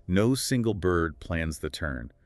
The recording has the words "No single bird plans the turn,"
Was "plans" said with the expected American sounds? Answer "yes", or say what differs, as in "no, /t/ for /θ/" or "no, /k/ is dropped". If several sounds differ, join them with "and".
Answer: yes